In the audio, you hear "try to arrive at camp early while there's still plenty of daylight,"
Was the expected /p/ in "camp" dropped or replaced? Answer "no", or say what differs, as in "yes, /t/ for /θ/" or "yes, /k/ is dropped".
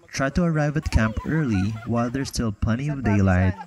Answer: no